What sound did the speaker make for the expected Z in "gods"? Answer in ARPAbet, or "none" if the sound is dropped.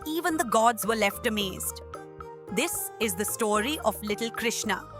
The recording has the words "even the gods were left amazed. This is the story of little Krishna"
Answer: Z